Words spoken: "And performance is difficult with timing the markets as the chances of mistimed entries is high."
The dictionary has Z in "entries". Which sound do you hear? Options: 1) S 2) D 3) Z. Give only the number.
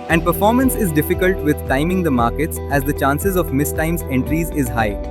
3